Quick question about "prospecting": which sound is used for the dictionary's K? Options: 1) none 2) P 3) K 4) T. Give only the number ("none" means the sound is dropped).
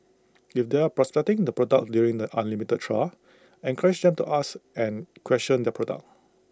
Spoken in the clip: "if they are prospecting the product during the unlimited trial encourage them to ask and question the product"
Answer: 1